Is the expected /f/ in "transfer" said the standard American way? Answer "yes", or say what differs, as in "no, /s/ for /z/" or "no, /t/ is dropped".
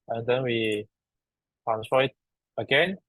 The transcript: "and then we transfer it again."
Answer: no, /f/ is dropped